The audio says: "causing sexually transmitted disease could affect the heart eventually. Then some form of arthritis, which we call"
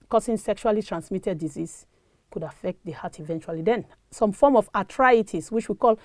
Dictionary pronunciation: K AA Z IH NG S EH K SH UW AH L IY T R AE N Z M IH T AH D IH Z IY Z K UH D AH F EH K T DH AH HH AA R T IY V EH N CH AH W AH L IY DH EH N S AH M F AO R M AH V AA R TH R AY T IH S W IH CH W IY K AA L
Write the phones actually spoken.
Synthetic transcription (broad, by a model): K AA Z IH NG S EH K SH UW AH L IY T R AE N S M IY T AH D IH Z IY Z K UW D AH F EH K T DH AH HH AA T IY V EH N CH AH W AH L IY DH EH N S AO M F AO M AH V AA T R AY T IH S W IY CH W IY K AA L